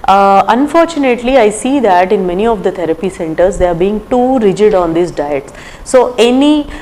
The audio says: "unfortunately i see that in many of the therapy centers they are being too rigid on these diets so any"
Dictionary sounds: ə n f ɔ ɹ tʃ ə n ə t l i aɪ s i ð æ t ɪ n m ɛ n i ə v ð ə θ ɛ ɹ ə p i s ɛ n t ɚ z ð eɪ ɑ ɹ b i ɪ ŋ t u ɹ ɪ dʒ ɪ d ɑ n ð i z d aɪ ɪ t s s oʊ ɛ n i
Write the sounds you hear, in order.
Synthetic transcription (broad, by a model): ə n f ɔ ɹ tʃ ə n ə t l i aɪ s i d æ t ɪ n m ɛ n i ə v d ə t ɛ ɹ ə p i s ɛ n t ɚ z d eɪ ɑ ɹ b i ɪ ŋ t u ɹ ɪ dʒ ɪ d ɑ n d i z d aɪ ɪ t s s oʊ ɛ n i